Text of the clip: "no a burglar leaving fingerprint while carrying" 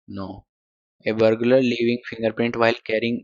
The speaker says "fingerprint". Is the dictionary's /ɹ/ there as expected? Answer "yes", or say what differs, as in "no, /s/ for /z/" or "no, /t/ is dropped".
yes